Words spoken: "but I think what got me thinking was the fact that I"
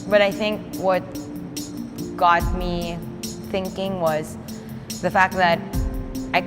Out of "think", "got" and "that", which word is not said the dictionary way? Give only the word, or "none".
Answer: none